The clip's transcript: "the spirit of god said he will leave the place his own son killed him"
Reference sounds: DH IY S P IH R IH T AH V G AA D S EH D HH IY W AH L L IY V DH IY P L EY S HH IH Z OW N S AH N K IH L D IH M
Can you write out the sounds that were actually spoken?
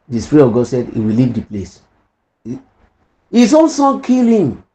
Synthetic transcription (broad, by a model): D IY S P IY R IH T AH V G AA D S EH D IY W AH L L IY V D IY P L EY S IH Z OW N S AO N K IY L IH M